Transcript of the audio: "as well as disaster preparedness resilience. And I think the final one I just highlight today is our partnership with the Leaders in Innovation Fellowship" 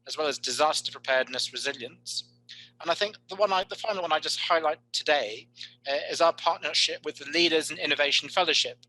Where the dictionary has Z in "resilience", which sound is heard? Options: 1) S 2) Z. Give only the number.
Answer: 2